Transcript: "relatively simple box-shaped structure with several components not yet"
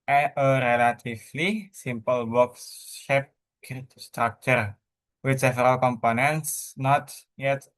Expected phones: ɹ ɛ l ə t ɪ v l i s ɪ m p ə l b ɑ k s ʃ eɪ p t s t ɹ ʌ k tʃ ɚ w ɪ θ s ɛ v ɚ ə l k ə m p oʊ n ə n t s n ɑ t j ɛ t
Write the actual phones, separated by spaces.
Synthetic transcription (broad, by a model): ɹ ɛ l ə t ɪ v l i s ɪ m p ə l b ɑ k s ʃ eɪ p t s t ɹ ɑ k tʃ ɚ w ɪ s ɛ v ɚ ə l k ə m p oʊ n ə n t s n ɑ t j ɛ t